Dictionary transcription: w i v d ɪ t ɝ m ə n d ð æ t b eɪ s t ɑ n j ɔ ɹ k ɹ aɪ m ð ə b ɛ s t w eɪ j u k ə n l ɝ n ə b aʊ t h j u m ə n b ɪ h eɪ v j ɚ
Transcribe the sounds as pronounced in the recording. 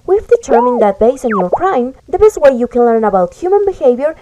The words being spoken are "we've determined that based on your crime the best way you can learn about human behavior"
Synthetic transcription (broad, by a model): w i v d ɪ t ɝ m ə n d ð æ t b eɪ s ɑ n j ɔ ɹ k ɹ aɪ m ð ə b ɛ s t w eɪ j u k ə n l ɝ n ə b aʊ t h j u m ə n b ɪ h eɪ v j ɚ